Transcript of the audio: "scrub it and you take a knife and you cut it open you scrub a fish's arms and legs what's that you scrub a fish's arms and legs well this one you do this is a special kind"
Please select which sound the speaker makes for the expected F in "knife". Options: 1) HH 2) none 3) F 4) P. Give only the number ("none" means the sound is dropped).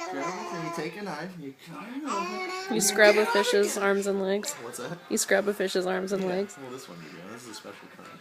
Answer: 2